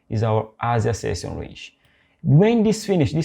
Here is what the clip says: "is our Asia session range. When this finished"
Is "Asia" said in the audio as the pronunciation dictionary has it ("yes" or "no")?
no